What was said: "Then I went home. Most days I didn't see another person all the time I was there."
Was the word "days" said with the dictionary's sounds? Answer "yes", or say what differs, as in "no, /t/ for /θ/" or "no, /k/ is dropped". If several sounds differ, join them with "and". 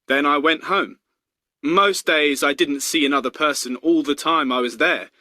yes